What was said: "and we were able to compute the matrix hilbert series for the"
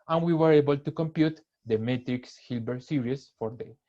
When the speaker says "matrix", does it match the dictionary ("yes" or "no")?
yes